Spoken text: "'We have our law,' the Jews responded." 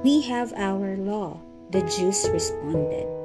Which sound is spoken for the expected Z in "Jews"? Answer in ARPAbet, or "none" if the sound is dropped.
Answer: S